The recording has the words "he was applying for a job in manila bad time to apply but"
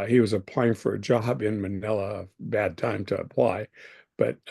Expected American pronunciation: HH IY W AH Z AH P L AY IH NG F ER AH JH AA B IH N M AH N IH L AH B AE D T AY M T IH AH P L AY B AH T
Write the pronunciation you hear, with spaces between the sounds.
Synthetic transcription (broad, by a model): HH IY W AH Z AH P L AY IH NG F ER AH JH AA B IH N M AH N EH L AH B AE D T AY M T IH AH P L AY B AH T